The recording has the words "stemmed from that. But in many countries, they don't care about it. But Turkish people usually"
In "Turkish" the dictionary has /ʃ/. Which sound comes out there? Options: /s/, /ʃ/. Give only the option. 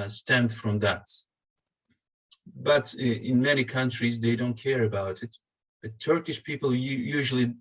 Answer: /ʃ/